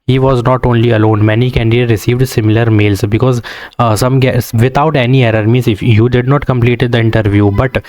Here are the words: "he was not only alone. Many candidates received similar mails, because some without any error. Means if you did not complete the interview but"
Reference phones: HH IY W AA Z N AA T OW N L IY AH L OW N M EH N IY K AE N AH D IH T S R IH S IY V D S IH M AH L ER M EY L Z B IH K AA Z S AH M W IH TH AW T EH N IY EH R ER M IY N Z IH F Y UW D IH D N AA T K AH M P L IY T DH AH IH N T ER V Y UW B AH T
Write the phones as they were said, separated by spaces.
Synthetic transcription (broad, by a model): HH IY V AA Z N AA T OW N L IY AH L OW N M EH N IY K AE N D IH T R IH S IY V D S IH M AH L ER M EY L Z B IH K AA Z S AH M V IH T AW T EH N IY EH R ER M IY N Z IH F Y UW D IH D N AA T K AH M P L IY T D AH IH N T ER V Y UW B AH T